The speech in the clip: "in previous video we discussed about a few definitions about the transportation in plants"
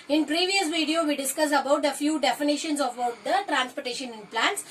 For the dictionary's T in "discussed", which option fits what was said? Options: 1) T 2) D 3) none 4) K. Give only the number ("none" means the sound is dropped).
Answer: 3